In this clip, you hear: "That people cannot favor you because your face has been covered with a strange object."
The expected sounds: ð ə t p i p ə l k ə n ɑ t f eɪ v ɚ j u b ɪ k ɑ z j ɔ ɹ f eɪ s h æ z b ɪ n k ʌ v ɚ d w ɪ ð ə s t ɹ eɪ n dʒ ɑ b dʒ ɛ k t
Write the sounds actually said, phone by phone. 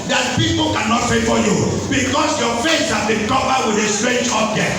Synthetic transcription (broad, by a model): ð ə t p i p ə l k ə n ɑ t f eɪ f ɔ j u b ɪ k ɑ s j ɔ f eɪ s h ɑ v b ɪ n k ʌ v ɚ w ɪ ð ə s t ɹ eɪ n dʒ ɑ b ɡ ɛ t